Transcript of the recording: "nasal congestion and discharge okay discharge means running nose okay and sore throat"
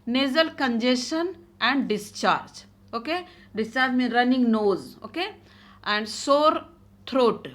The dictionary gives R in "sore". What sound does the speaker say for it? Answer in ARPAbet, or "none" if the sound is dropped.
R